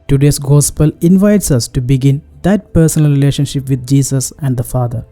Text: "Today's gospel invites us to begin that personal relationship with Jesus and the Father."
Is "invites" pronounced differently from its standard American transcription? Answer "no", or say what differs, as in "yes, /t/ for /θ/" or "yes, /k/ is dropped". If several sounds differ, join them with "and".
no